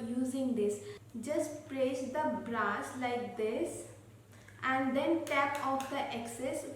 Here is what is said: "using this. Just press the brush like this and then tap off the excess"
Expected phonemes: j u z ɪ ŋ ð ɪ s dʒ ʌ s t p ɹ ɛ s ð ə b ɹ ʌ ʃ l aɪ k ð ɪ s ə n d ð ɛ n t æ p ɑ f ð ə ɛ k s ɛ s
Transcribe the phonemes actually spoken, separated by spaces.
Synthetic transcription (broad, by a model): j u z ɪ ŋ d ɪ s dʒ ʌ s t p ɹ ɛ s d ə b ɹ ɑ s l aɪ k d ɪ s ə n d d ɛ n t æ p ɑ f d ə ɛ k s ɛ s